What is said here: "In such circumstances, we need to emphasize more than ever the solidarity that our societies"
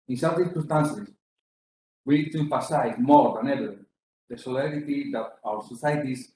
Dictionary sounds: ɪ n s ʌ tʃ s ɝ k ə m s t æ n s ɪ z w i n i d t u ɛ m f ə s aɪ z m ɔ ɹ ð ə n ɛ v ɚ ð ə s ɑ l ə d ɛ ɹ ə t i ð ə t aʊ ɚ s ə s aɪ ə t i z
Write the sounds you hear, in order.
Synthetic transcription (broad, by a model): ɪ n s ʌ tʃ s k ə s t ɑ n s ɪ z w i n i d t u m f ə s aɪ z m ɔ ɹ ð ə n ɛ v ɚ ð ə s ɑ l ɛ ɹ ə t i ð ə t aʊ ɚ s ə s aɪ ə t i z